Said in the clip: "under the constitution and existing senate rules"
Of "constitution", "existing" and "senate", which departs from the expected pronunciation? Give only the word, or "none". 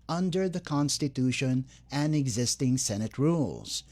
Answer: none